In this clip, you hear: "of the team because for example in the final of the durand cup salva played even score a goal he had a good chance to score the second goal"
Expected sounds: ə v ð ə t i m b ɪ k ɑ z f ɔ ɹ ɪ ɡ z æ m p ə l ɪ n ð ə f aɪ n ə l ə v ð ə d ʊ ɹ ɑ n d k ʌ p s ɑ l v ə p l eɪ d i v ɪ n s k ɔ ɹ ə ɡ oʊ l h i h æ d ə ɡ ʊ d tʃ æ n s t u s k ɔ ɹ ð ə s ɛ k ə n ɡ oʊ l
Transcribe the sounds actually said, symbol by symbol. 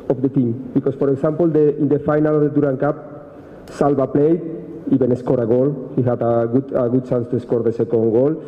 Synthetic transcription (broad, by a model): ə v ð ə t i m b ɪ k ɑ s f ɔ ɹ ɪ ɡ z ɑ m p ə l ɪ n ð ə f aɪ n ə l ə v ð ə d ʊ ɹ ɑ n k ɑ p s ɑ l b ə p l eɪ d i b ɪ n s k ɔ ɹ ə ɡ oʊ l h i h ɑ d ə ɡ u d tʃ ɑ n s t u s k ɔ ɹ ð ə s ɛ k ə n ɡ oʊ l